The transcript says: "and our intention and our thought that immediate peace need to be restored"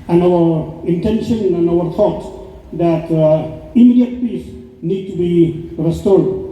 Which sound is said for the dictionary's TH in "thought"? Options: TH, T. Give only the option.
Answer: T